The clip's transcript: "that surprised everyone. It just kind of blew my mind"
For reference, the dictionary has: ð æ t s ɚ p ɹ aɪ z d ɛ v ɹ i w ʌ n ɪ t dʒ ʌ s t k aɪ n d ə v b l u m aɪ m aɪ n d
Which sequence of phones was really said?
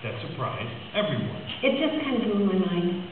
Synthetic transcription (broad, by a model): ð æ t s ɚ p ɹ aɪ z ɛ v ɹ i w ʌ n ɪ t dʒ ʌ s k aɪ n d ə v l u m aɪ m aɪ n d